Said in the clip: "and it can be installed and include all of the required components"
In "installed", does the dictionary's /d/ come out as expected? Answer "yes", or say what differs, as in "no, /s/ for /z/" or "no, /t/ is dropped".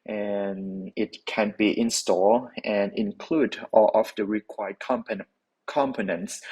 no, /d/ is dropped